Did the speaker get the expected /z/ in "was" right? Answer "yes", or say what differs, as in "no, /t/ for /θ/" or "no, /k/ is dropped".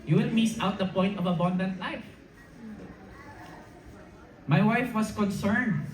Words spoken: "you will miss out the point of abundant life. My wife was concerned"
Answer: no, /s/ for /z/